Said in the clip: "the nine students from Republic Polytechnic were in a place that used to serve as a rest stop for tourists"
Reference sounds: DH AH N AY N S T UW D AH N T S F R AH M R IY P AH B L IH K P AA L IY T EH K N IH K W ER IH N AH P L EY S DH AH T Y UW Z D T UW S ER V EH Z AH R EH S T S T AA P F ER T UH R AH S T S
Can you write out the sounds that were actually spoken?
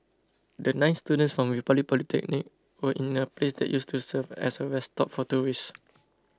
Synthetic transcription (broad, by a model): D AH N AY N S T UW D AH N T S F R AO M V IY P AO L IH P AA L IY T EH K N IH K W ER IH N AH P L EY S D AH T Y UW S T UW S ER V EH S AH W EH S S T AA P F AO T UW R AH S S